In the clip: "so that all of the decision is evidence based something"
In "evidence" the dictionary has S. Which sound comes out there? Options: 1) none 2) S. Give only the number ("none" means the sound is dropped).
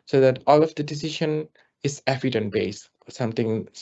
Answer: 1